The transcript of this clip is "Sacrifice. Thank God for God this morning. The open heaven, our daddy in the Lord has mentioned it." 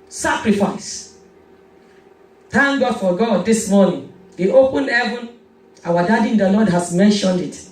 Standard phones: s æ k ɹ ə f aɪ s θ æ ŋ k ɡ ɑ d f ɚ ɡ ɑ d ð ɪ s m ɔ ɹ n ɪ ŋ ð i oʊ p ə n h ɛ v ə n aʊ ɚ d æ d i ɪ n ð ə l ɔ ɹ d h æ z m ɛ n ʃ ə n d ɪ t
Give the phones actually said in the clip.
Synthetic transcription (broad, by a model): s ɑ k ɹ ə f aɪ s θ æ ŋ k ɡ ɑ d f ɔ ɡ ɑ d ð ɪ s m ɔ n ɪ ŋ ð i oʊ p ə n h ɛ v ə n aʊ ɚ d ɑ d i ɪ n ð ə l ɔ d h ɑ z m ɛ n ʃ ə n d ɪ t